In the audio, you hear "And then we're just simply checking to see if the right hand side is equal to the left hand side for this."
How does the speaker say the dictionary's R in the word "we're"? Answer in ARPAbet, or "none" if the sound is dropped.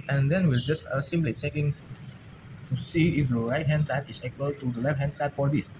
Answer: L